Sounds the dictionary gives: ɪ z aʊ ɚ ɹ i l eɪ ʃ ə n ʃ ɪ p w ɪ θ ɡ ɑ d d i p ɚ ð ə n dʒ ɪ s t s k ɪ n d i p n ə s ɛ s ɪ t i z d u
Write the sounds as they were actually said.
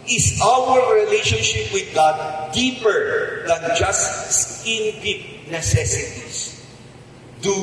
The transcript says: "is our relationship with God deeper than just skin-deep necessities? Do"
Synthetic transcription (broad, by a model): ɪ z aʊ ɚ ɹ i l eɪ ʃ ə n ʃ ɪ p w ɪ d ɡ ɑ d d i p ɚ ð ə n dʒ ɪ s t s ɪ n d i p n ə s ɛ s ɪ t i s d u